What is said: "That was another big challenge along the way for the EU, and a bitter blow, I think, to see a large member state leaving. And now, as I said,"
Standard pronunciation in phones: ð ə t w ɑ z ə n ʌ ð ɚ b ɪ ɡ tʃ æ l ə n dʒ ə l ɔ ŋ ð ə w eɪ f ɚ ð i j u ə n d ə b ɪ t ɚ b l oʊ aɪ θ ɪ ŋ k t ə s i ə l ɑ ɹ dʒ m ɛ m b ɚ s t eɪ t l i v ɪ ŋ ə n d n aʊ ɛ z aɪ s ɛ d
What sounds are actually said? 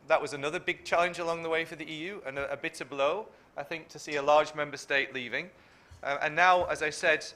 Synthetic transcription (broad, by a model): ð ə t w ɑ z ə n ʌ ð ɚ b ɪ ɡ tʃ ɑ l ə n dʒ ə l ɔ ŋ ð ə w eɪ f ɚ ð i j u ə n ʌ ə b ɪ t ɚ b l oʊ aɪ θ ɪ ŋ k t ə s i ə l ɑ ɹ dʒ m ɛ m b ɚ s t eɪ t l i v ɪ ŋ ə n n aʊ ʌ z aɪ s ɛ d